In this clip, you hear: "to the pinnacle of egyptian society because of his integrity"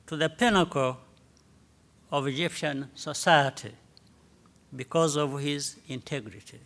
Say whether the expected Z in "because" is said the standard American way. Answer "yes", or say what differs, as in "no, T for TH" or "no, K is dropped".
yes